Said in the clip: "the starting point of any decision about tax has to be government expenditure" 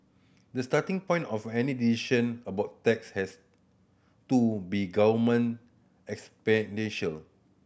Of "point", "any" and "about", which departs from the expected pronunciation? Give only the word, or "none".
none